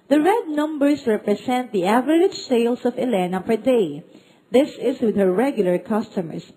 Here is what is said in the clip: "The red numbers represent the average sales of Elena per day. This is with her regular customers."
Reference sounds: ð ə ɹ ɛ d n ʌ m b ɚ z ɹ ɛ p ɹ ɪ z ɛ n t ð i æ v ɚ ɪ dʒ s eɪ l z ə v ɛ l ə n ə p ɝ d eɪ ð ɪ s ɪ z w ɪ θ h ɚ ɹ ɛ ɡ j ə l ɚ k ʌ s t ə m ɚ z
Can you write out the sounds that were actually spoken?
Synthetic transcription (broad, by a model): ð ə ɹ ɛ d n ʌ m b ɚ s ɹ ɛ p ɹ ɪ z ɛ n t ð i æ v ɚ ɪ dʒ s eɪ l s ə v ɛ l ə n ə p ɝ d eɪ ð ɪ s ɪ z w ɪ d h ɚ ɹ ɛ ɡ j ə l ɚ k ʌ s t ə m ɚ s